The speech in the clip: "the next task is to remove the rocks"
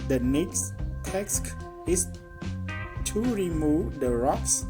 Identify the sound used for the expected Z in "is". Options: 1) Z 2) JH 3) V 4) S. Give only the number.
4